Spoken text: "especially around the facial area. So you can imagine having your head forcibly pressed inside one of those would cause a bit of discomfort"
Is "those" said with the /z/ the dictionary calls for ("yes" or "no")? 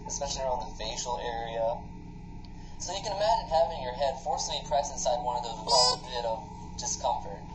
no